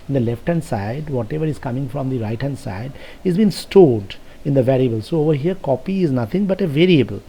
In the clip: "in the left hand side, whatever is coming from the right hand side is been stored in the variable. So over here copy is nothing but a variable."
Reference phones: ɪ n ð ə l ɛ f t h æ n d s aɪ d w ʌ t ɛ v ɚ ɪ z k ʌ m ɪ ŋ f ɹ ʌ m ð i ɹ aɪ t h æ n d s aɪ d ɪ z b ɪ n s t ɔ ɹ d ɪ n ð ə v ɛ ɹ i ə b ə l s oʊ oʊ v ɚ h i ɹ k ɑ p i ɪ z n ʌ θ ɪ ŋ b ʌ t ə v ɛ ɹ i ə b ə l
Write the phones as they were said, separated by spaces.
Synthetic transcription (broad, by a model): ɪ n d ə l ɛ f t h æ n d s aɪ d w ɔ t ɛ v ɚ ɪ z k ʌ m ɪ ŋ f ɹ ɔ m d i ɹ aɪ t h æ n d s aɪ d ɪ z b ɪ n s t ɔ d ɪ n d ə v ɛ ɹ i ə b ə l s oʊ oʊ v ɚ h i ɹ k ɑ p i ɪ z n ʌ t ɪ ŋ b ʌ t ə v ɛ ɹ i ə b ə l